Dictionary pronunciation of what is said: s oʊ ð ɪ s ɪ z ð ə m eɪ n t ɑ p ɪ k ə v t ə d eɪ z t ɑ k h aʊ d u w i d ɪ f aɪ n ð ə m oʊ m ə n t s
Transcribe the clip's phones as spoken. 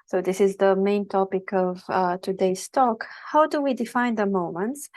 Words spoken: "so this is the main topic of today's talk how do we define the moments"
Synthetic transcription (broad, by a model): s oʊ ð ɪ s ɪ z ð ə m eɪ n t ɑ p ɪ k ə v t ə d eɪ s t ɑ k h aʊ d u w i d ɪ f aɪ n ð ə m oʊ m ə n t s